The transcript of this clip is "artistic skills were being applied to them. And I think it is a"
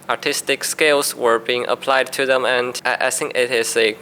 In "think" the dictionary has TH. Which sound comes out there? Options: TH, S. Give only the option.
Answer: S